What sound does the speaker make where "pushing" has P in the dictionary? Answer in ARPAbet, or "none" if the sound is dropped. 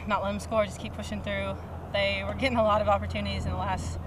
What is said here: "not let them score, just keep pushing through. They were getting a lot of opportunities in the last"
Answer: P